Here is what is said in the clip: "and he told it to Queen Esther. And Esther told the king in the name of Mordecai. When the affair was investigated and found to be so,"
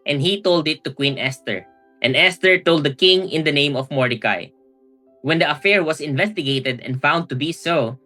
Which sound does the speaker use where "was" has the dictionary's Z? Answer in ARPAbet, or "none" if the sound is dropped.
S